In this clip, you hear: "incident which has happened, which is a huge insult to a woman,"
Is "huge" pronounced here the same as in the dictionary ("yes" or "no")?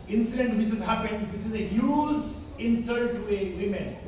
no